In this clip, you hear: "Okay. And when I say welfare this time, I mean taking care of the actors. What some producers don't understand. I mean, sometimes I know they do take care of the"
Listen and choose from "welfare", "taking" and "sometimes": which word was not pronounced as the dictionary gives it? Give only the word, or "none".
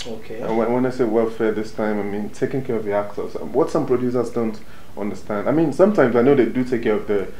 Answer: none